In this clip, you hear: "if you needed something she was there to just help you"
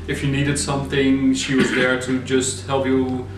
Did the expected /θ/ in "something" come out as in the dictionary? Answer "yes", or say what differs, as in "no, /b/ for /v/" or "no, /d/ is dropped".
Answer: yes